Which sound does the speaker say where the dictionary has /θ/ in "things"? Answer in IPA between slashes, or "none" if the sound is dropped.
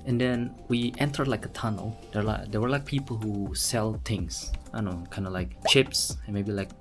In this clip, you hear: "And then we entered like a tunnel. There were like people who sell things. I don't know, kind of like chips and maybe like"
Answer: /t/